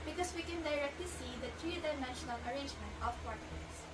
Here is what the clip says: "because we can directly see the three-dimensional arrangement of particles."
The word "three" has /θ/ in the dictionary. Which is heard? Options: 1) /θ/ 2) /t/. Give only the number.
2